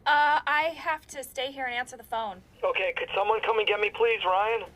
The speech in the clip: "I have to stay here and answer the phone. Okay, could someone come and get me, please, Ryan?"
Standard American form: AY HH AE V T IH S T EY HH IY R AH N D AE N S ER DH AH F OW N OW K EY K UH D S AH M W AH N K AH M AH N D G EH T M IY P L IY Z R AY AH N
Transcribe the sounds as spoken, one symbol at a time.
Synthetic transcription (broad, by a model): AY HH AE F T IH S T EY HH IY R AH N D AE N S ER DH AH F OW N OW K EY K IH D S AH M W AH N K AH M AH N G EH T M IY P L IY Z R AY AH N